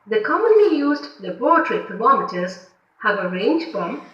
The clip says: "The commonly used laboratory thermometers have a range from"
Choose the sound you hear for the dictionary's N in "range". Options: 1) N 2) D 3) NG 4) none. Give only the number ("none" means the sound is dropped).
1